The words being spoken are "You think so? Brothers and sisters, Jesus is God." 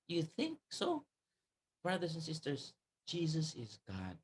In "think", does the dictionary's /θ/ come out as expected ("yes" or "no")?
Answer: yes